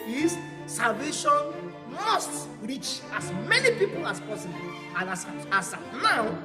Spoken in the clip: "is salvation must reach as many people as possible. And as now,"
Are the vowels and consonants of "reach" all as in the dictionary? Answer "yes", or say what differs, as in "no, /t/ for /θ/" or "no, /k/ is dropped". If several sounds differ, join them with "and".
yes